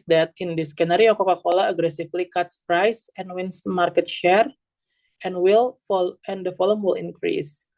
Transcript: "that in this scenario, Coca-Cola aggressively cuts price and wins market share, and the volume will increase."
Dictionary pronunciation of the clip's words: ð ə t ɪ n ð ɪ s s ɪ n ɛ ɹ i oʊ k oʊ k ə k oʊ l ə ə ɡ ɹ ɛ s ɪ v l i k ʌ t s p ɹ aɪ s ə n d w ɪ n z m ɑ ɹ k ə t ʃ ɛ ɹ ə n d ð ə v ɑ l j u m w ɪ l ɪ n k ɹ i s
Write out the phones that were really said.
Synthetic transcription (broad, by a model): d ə t ɪ n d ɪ s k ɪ n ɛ ɹ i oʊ k oʊ k ə k oʊ l ə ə ɡ ɹ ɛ s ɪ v l i k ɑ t s p ɹ aɪ s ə n w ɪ n s m ɑ ɹ k ə t ʃ ɛ ɹ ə n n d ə f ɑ l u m w ɪ l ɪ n k ɹ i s